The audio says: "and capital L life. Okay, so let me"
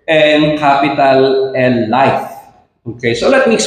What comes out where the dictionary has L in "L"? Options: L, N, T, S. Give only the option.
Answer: N